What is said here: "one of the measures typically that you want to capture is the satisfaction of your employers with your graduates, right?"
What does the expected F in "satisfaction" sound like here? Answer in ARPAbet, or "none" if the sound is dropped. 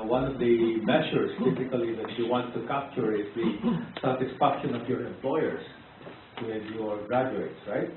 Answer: P